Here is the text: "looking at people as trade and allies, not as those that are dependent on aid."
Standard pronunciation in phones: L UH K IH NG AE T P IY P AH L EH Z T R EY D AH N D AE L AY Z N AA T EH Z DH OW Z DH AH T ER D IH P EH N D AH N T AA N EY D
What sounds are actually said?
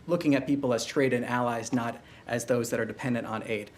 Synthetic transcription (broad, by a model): L UH K IH NG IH T P IY P L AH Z T R EY D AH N AE L AY Z N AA T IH Z DH OW Z DH AH T ER D IH P EH N D AH N T N EY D